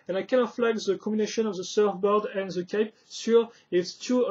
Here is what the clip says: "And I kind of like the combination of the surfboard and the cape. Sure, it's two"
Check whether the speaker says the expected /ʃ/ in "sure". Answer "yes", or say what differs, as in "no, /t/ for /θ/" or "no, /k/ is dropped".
no, /s/ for /ʃ/